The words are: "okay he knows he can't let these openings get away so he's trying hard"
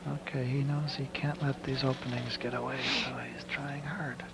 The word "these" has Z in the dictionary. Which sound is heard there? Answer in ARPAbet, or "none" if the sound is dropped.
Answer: Z